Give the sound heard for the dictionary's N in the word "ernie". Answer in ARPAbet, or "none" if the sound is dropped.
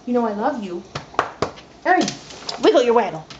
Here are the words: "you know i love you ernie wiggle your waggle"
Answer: none